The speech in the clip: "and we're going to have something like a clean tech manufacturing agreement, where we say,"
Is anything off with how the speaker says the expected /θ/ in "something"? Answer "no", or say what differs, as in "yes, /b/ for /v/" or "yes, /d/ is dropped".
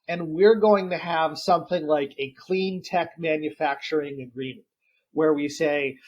no